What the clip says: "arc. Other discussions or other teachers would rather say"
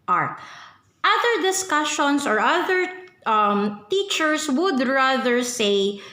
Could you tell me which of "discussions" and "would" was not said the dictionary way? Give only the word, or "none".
discussions